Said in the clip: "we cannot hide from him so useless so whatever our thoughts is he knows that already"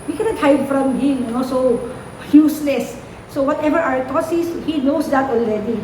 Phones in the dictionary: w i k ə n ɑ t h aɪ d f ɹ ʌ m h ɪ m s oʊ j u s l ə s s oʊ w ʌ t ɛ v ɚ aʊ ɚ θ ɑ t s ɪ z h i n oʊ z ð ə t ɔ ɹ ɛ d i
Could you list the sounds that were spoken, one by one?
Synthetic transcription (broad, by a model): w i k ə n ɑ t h aɪ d f ɹ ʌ m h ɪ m s oʊ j u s l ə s s oʊ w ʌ t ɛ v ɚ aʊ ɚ t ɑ s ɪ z h i n oʊ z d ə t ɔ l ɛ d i